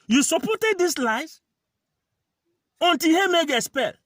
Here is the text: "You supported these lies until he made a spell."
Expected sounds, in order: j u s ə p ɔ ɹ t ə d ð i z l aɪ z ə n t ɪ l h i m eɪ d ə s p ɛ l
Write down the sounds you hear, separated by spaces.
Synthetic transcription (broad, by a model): j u s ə p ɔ t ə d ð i s l aɪ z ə n t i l h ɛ m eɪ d ə s p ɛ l